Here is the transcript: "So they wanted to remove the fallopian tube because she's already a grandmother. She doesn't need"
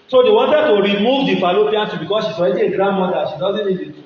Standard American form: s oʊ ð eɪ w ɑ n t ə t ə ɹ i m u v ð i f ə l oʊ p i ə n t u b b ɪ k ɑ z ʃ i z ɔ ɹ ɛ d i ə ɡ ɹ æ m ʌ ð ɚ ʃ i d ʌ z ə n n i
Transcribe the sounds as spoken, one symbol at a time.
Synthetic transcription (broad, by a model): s oʊ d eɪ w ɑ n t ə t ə ɹ i m u v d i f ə l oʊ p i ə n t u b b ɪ k ɑ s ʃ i s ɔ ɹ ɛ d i ə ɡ ɹ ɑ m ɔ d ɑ ʃ i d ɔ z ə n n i